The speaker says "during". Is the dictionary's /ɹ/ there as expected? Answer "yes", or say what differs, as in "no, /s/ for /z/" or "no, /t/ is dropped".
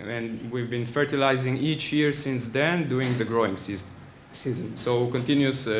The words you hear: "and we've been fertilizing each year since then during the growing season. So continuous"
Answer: no, /ɹ/ is dropped